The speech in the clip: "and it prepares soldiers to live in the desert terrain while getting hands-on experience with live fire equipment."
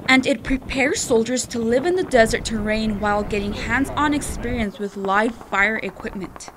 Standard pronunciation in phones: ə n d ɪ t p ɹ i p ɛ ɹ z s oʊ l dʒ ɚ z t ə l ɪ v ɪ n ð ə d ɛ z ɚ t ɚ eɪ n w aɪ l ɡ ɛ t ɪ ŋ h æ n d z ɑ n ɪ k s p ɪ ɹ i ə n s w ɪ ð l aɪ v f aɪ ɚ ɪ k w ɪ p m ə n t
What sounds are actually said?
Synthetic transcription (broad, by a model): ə n d ɪ t p ɹ i p ɛ ɹ z s oʊ l dʒ ɚ z t ə l ɪ v ɪ n ð ə d ɛ z ɚ t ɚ eɪ n w aɪ l ɡ ɛ t ɪ ŋ h æ n d z n ɪ k s p ɪ ɹ i ə n s w ɪ ð l aɪ v f aɪ ɚ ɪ k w ɪ p m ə n t